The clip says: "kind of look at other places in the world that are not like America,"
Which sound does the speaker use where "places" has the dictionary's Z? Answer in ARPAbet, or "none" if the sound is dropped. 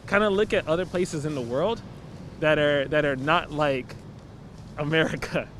Z